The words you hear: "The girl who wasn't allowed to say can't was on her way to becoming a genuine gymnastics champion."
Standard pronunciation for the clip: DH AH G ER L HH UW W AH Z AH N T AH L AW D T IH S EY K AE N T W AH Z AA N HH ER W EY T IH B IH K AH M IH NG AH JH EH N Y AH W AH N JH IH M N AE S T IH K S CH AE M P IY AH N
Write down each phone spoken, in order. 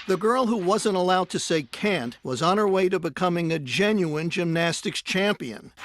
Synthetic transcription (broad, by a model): DH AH G ER L HH UW W AH Z AH N T AH L AW D T IH S EY K AE N T W AH Z N ER W EY T IH B IH K AH M IH NG AH JH EH N Y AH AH N JH IH M N AE S T IH K S CH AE M P IY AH N